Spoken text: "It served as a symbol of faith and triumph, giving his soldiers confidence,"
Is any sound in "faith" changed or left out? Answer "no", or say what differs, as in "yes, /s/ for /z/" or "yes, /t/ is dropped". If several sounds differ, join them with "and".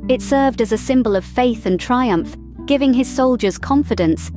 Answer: no